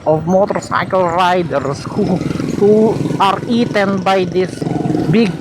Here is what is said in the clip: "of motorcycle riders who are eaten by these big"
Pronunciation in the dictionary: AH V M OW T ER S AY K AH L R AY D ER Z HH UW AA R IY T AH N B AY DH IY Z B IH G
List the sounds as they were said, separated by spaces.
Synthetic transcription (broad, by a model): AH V M OW T ER S AY K AH L R AY D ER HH HH UW AA R IY T AH N B AY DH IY S B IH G